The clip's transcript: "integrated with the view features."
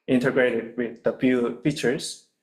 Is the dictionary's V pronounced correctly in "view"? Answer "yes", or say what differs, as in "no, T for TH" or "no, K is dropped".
no, F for V